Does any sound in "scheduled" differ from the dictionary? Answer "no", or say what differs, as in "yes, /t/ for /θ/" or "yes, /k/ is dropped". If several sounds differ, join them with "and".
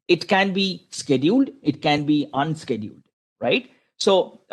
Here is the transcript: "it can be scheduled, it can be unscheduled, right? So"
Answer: no